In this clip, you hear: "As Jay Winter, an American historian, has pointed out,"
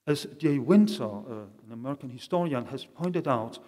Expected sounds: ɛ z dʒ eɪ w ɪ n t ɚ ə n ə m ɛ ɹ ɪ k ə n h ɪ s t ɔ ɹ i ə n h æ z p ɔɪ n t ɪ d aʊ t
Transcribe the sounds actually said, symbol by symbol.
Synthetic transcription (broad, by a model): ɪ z dʒ eɪ w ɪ n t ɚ ə n ə m ɛ ɹ ɪ k ə n h ɪ s t ɔ ɹ i ə n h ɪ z p ɔɪ n t ɪ d aʊ t